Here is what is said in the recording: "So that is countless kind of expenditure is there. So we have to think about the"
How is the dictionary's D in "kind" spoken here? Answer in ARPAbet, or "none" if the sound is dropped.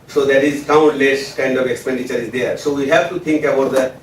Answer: D